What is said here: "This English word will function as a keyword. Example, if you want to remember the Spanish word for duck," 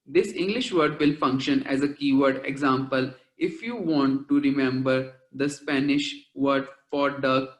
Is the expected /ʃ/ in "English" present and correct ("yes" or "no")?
yes